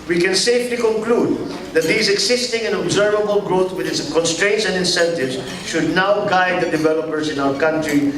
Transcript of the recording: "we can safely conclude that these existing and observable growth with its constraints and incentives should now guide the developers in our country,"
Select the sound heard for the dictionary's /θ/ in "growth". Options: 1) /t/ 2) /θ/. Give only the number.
1